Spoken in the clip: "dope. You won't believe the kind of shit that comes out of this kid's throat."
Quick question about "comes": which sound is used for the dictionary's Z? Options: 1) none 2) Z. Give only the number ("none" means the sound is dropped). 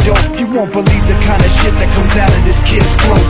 2